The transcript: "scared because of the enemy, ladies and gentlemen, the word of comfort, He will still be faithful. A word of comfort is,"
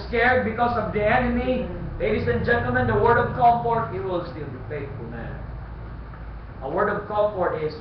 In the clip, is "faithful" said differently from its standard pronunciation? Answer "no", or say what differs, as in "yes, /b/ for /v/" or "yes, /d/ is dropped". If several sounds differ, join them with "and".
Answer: yes, /t/ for /θ/ and /n/ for /l/